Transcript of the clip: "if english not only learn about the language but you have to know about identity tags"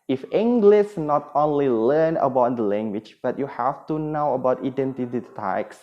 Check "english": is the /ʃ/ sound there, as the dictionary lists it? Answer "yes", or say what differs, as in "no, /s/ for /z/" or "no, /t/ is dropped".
no, /s/ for /ʃ/